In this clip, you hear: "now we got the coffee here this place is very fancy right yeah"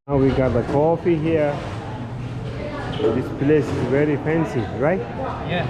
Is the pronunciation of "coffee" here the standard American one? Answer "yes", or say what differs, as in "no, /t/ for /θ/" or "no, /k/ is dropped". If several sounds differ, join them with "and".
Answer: yes